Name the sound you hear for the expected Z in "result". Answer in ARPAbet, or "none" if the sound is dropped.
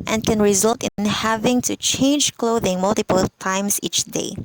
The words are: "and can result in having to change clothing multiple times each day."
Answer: Z